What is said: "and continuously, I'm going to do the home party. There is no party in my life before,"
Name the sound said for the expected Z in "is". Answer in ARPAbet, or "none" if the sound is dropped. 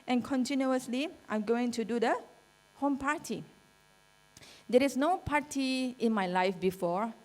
S